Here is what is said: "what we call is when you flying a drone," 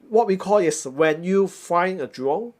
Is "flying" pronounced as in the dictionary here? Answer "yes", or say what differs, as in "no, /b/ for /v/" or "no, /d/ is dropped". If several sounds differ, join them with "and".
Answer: no, /l/ is dropped